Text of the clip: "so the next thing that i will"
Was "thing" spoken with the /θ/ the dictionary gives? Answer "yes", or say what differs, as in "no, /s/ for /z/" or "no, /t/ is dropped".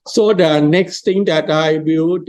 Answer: no, /t/ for /θ/